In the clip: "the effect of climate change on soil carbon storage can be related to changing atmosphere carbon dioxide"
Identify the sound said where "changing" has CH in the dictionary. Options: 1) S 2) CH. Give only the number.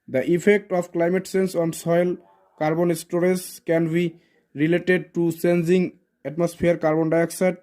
1